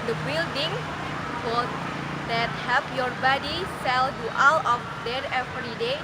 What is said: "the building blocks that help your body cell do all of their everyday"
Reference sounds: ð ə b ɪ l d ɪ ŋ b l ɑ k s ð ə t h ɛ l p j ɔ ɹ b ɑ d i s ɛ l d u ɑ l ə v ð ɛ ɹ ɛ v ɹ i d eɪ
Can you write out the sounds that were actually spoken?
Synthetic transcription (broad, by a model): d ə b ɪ l d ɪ ŋ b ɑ s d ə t h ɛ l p j ɔ ɹ b ɑ d i s ɛ l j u ɑ l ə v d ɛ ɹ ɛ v ɹ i d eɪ